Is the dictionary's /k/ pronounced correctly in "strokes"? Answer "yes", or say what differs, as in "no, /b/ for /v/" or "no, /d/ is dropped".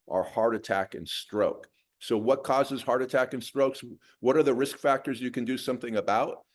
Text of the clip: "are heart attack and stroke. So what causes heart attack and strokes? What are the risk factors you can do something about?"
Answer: yes